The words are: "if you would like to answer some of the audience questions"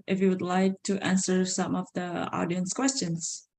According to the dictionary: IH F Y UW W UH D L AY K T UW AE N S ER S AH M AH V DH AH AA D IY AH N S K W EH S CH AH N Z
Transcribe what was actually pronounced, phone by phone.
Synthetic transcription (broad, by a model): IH F Y UW W UH D L AY K T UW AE N S ER S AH M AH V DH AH AA D IY AH N S K W EH S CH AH N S